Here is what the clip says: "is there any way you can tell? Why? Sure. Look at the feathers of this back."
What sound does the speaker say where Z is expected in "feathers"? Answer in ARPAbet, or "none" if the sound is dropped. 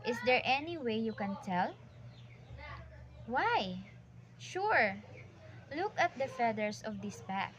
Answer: S